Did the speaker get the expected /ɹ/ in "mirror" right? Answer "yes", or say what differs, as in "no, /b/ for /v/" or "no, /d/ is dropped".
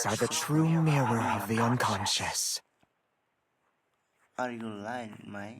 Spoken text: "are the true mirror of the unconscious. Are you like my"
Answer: no, /w/ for /ɹ/